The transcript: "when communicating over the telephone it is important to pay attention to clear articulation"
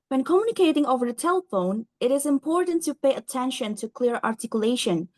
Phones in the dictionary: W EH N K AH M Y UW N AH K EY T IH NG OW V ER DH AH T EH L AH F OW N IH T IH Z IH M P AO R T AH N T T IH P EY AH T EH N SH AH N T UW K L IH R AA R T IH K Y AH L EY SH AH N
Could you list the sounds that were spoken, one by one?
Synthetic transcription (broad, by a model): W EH N K AH M Y UW N AH K EY T IH NG OW V ER DH AH T EH L AH F OW N IH T IH Z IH M P AO R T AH N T T IH P EY AH T EH N SH AH N T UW K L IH R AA R T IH K Y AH L EY SH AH N